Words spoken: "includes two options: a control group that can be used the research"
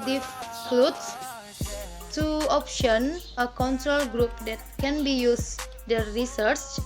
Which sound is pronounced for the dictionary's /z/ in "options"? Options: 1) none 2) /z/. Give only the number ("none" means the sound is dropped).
1